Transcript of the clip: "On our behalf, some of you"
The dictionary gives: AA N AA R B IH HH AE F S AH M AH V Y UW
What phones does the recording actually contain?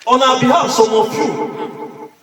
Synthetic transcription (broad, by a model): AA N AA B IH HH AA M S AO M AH F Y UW